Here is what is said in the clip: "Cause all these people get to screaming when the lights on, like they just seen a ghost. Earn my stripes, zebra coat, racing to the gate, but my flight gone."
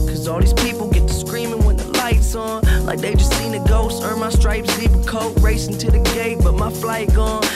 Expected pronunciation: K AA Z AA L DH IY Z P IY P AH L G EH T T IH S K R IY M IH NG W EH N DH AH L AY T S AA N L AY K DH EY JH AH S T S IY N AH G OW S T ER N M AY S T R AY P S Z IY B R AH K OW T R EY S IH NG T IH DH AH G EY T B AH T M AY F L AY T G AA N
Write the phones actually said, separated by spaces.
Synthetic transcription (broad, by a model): K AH Z AA L DH IY Z P IY P L G EH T T IH S K R IY M IH NG W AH N DH AH L AY T S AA N L AY K DH EY JH AH S T S IY N AH G OW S ER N M AY S T R AY P S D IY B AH K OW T R EY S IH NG T IH DH AH G EY T B AH T M AY F L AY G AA N